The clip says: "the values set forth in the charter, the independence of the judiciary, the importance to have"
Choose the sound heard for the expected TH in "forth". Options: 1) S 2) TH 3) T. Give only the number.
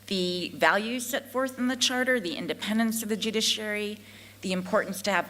2